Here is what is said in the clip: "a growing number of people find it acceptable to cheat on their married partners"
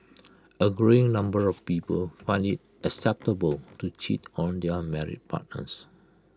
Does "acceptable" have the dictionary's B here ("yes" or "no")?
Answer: yes